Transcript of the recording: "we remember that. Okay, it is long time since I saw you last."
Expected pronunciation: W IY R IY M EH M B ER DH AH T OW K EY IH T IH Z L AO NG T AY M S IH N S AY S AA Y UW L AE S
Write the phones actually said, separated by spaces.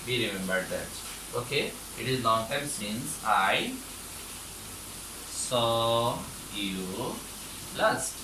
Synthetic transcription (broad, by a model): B IY R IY M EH M B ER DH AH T OW K EY IH T IH Z N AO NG T AY M S IH N S AY S AA Y UW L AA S